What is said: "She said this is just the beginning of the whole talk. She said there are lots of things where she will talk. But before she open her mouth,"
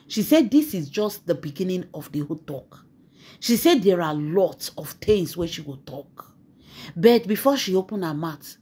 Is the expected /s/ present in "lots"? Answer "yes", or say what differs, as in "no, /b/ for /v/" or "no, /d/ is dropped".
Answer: yes